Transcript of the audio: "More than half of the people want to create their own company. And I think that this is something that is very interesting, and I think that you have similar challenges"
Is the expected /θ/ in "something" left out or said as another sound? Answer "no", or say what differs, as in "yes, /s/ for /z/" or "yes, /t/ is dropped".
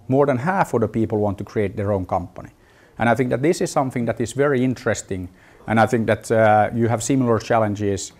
no